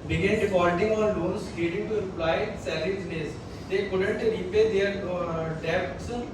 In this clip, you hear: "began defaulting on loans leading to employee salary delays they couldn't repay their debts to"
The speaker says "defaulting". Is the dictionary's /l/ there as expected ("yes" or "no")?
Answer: no